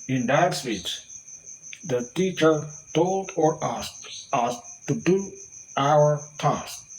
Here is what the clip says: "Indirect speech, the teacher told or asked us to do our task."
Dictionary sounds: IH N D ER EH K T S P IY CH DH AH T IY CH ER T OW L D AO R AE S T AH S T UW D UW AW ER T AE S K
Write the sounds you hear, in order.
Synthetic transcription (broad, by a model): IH N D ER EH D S F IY S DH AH T IY CH ER T OW L D AO R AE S AH S T UW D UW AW ER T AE S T